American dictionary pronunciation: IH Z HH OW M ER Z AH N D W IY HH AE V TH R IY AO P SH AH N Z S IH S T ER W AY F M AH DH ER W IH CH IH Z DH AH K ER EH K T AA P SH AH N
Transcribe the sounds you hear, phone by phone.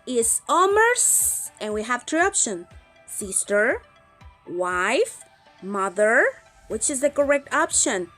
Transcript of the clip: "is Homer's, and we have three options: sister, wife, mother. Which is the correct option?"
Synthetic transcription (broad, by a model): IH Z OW M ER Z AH N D W IY HH AE V T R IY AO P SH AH N S IH S T ER W AY F M AH DH ER W IH CH IH Z DH AH K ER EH K T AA P SH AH N